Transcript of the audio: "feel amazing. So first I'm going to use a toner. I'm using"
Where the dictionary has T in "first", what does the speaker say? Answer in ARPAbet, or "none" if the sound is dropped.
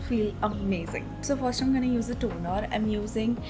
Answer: none